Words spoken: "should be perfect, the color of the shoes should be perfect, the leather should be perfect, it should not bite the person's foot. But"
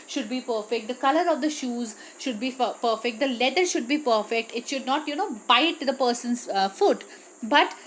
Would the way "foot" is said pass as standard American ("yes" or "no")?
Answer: yes